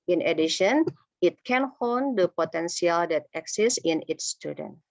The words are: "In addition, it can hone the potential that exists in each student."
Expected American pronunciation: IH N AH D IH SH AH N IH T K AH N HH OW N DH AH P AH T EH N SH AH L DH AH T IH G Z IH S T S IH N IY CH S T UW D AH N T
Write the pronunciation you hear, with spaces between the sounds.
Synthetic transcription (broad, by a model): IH N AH D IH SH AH N IH T K AH N HH OW N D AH P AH T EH N S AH L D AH T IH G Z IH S S IH N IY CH S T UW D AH N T